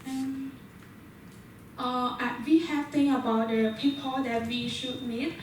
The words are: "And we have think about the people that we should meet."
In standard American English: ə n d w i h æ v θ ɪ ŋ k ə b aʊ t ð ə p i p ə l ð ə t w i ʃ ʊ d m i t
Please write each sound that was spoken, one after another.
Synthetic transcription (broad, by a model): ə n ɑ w i h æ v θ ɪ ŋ ə b aʊ t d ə p i p ə l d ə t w i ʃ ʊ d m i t